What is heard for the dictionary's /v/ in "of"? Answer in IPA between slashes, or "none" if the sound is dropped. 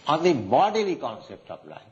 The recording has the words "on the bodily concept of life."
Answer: /p/